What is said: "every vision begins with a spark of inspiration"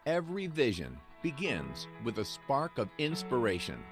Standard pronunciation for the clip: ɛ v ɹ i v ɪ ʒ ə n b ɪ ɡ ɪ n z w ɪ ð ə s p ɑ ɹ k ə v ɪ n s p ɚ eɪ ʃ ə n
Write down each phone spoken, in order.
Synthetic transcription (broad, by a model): ɛ v ɹ i v ɪ ʒ ə n b ɪ ɡ ɪ n z w ɪ ð ə s p ɑ ɹ k ə v ɪ n s p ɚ eɪ ʃ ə n